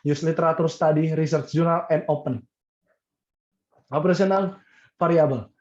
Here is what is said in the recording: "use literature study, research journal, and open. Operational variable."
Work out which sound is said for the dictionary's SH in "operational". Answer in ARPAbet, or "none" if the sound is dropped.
S